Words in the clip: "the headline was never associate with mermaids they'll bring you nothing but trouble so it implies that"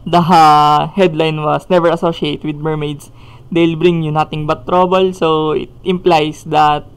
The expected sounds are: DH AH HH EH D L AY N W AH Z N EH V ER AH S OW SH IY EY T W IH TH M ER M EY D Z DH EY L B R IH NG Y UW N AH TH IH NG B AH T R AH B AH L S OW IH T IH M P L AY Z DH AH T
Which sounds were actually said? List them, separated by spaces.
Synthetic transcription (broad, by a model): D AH HH EH D L AY N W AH S N EH V ER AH S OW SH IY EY T W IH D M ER M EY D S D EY L B R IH NG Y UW N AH T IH NG B AH T R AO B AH L S OW IH T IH M P L AY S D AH T